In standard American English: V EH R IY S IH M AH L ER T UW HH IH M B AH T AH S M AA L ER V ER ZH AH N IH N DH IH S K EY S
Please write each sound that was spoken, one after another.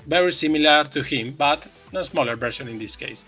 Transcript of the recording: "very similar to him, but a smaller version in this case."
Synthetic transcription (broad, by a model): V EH R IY S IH M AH L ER T UW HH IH M B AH T AH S M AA L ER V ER S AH N IH N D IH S K EY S